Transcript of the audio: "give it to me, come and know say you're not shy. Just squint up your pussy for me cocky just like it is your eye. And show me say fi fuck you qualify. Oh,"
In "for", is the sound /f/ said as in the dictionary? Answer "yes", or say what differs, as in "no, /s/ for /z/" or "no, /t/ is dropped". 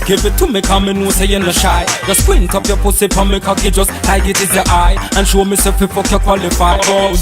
no, /p/ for /f/